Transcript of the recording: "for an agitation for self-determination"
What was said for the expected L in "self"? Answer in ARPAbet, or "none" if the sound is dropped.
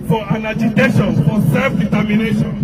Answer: L